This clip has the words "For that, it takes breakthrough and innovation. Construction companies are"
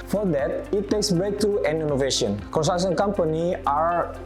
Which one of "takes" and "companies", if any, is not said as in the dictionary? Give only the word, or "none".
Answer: companies